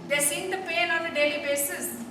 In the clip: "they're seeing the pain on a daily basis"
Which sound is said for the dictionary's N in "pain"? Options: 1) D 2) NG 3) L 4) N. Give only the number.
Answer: 3